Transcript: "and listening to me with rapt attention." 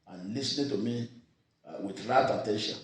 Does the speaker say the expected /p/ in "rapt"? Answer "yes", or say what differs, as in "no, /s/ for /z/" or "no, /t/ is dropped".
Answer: no, /p/ is dropped